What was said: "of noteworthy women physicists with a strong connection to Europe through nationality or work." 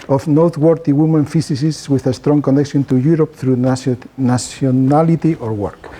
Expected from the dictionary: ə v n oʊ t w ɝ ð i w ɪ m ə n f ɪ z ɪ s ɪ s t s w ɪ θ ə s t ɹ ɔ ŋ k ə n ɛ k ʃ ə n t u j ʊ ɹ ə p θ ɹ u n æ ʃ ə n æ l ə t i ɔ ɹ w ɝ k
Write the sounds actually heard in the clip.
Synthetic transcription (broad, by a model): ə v n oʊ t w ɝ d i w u m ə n f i s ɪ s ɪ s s w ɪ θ ə s t ɹ ɔ ŋ k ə n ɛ k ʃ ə n t u j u ɹ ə p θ ɹ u n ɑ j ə n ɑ l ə t i ɔ ɹ w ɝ k